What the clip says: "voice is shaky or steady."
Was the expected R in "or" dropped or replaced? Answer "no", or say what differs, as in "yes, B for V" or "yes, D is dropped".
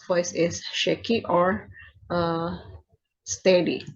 no